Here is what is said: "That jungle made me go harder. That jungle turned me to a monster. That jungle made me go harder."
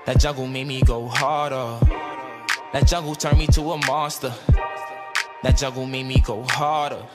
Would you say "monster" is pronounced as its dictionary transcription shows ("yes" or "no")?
no